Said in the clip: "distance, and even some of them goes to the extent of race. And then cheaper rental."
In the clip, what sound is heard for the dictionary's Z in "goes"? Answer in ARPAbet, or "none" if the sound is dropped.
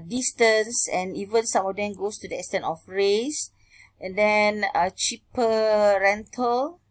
S